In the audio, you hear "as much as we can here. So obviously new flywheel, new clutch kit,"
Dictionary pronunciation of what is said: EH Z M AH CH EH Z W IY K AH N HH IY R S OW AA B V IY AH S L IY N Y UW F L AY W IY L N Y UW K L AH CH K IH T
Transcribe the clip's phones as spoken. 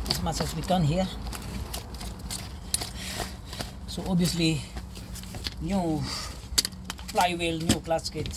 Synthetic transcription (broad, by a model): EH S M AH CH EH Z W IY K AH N HH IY R S OW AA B IY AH S L IY N Y UW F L AY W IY L N Y UW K L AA S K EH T